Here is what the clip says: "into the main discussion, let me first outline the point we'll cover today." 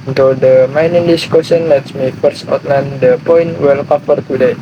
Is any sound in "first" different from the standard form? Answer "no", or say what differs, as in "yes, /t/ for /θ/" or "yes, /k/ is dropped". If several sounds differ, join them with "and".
no